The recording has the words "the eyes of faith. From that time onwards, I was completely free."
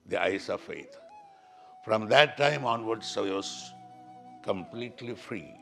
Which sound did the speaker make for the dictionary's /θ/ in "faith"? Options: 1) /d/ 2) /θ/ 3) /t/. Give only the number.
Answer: 3